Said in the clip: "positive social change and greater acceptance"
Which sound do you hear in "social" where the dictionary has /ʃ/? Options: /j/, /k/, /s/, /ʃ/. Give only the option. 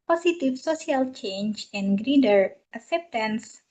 /s/